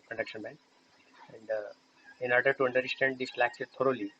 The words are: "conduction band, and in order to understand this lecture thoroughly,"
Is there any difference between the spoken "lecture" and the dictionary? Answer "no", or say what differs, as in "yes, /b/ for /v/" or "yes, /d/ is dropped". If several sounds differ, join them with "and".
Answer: yes, /s/ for /tʃ/